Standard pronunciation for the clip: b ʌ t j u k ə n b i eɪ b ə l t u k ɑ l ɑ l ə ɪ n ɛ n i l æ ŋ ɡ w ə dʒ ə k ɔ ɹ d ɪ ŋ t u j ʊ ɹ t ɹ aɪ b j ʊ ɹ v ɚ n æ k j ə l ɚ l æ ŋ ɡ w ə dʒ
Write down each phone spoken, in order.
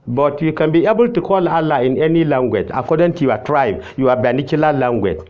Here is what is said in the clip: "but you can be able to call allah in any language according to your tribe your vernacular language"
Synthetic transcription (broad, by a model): b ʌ t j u k ə n b i eɪ b ə l t u k ɑ l ɑ l ə ɪ n ɛ n i l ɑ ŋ ɡ w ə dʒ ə k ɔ d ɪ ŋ t u j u w t ɹ aɪ b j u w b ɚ n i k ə l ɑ l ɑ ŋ ɡ w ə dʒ